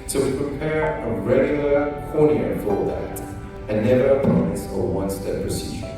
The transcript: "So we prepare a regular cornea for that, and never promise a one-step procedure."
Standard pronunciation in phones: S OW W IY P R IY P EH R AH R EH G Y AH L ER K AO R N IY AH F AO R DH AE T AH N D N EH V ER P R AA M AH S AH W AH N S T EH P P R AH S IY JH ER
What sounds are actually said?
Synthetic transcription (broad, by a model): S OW W IY P R IY P EH R AH R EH G Y L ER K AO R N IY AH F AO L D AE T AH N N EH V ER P AA AH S AH W AH N S T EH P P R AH S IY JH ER